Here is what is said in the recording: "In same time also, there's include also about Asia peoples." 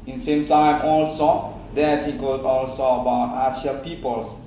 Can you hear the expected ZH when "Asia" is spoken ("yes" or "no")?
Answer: no